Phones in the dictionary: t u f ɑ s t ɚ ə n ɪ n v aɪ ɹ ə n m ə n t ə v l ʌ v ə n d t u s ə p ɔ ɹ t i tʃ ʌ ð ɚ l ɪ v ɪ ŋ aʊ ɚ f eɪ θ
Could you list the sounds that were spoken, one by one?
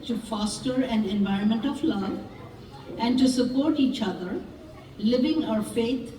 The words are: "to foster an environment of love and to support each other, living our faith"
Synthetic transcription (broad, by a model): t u f ɑ s t ɚ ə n ɪ n v aɪ ɹ ə n m ə n t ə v l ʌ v ə n d t u s ə p ɔ ɹ t i tʃ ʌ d ɚ l ɪ v ɪ ŋ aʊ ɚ f eɪ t